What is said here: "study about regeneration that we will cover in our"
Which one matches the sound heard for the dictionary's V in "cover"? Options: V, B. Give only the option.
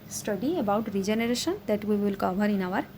B